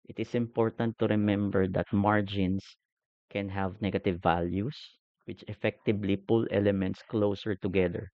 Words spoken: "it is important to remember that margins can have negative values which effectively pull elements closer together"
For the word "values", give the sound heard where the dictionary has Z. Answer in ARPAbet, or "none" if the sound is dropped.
S